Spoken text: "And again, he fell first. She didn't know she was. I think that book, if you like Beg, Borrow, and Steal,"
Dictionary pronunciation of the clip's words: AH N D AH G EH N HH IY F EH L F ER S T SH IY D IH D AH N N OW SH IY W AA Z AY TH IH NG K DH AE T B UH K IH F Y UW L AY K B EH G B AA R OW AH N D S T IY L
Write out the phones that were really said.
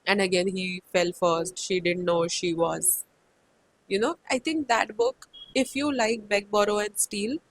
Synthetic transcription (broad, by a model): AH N D AH G EH N HH IY F EH L F ER S T SH IY D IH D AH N N OW SH IY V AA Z AY T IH NG K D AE T B UH K IH F Y UW L AY K B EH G B AA R OW AH N D S T IY L